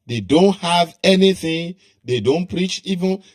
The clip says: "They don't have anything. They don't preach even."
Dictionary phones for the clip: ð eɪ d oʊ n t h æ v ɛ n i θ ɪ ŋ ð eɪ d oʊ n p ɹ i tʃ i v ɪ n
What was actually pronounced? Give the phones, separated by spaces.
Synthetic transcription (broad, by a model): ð eɪ d oʊ n t h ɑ v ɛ n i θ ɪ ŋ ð eɪ d oʊ n p ɹ i tʃ i v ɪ n